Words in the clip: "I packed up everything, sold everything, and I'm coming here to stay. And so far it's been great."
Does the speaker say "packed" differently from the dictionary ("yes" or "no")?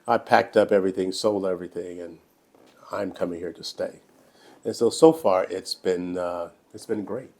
no